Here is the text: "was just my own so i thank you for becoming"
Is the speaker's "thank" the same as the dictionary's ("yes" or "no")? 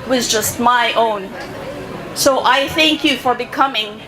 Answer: yes